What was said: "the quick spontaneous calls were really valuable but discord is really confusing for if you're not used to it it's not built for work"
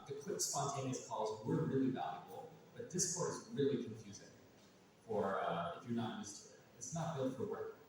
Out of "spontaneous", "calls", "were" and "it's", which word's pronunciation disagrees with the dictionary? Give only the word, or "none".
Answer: none